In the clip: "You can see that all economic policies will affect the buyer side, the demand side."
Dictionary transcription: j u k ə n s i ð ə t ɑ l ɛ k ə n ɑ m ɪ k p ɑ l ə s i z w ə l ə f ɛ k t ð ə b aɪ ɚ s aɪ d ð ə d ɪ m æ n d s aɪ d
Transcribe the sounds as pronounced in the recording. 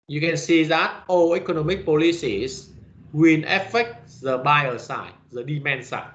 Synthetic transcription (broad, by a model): j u k ə n s i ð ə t ɑ l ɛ k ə n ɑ m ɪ k p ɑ l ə s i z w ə n ə f ɛ k t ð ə b aɪ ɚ s aɪ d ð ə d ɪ m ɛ n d s aɪ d